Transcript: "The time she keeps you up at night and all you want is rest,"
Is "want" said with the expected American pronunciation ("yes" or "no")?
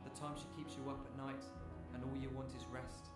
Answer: yes